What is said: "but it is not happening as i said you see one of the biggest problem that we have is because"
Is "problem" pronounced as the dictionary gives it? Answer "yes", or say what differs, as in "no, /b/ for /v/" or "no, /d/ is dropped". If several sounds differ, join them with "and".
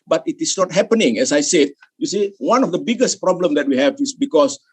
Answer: yes